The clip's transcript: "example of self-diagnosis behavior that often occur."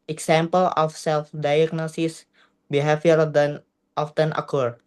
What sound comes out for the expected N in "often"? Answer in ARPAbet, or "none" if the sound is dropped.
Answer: N